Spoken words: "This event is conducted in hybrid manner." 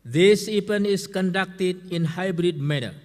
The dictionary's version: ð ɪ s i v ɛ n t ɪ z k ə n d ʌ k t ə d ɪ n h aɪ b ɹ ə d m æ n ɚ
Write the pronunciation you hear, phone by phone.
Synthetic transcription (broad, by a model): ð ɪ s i p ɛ n ɪ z k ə n d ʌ k t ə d ɪ n h aɪ b ɹ ə d m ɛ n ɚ